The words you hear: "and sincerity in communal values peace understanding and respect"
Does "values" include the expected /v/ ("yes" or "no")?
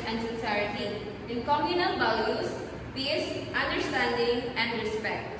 no